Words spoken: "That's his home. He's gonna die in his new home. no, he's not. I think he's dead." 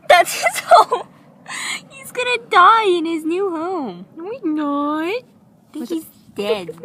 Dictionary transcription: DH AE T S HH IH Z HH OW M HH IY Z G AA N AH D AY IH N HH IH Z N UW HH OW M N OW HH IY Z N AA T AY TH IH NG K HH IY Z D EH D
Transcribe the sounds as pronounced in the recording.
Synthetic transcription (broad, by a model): DH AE T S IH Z HH OW M HH IY Z G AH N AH D AY IH N IH Z N UW HH OW M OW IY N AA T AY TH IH K HH IY Z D EH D